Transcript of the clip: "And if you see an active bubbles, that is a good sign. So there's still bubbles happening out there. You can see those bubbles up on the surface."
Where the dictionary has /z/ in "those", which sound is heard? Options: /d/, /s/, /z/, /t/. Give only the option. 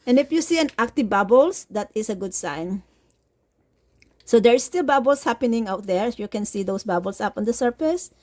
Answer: /s/